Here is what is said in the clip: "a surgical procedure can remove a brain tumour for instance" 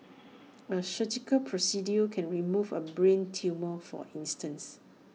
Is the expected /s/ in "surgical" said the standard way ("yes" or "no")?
no